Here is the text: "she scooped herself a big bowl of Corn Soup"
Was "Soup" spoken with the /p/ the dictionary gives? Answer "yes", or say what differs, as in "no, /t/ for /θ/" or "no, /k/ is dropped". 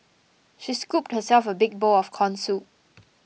no, /p/ is dropped